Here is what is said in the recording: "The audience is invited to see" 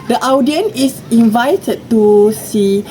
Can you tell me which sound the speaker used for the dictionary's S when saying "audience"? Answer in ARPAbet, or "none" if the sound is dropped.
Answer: none